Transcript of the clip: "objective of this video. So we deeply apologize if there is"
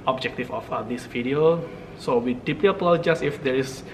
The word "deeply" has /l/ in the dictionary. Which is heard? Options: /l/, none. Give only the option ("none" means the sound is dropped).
none